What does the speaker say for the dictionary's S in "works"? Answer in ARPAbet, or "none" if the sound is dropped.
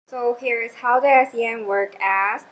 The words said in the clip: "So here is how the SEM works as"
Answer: none